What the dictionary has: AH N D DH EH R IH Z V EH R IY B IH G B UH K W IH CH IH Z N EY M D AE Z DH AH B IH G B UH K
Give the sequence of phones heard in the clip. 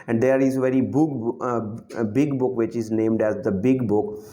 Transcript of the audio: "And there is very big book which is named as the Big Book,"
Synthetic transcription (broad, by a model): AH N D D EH R IH Z V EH R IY B IH G B UH K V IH CH IH Z N EY M D AE Z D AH B IH G B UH K